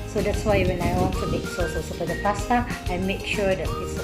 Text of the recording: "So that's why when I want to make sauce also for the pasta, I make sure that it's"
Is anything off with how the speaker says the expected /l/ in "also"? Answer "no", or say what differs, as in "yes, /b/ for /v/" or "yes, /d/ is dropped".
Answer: yes, /l/ is dropped